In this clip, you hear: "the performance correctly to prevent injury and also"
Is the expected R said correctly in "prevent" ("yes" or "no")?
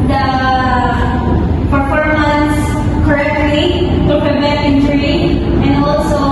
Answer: no